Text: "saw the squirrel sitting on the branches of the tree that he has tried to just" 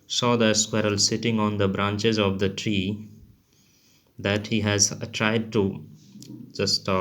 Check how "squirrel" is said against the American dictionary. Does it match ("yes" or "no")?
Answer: yes